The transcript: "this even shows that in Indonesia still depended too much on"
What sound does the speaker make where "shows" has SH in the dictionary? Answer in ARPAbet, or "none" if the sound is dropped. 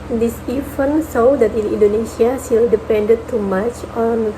S